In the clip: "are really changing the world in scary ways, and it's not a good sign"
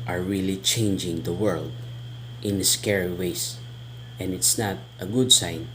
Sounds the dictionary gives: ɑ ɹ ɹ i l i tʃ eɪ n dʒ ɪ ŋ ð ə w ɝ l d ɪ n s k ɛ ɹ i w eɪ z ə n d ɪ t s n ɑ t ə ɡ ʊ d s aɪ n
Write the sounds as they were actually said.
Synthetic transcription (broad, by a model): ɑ ɹ ɹ i l i tʃ eɪ n dʒ ɪ ŋ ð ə w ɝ l d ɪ n s k ɛ ɹ i w eɪ s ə n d ɪ t s n ɑ t ə ɡ ʊ d s aɪ n